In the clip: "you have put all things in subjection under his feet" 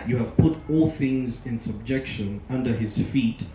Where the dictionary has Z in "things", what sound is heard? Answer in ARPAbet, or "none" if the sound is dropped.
Z